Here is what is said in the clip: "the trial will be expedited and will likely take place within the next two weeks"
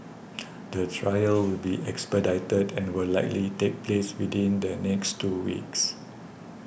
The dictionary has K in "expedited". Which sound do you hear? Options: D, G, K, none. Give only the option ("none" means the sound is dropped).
K